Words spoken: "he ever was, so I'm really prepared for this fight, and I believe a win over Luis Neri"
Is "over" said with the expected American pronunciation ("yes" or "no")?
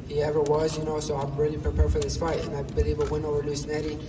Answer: no